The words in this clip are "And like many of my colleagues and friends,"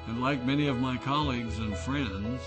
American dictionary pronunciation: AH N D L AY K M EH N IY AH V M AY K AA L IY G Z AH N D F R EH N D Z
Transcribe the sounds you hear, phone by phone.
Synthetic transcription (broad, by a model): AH N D L AY K M EH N IY AH V M AY K AA L IY G Z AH N F R EH N D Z